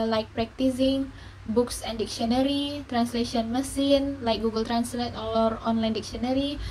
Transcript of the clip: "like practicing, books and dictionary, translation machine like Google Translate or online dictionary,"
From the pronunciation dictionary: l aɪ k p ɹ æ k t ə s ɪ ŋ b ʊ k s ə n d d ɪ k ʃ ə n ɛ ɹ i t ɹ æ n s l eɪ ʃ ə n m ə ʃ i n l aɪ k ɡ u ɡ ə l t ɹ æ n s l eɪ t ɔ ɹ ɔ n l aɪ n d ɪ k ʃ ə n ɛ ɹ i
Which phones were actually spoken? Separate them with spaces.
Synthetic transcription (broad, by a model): l aɪ k p ɹ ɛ k t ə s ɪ ŋ b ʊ k s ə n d d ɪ k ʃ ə n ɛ ɹ i t ɹ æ n s l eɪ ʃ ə n m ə s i n l aɪ k ɡ u ɡ ə l t ɹ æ n s l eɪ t ɔ ɹ ɔ n l aɪ n d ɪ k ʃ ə n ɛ ɹ i